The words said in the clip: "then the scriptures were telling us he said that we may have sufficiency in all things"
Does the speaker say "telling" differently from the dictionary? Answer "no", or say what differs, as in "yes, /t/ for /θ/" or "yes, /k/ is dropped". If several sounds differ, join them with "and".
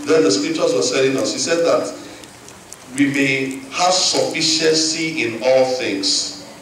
yes, /s/ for /t/